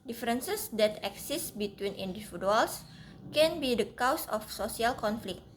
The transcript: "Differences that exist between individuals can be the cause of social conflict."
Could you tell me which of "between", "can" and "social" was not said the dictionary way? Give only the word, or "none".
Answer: social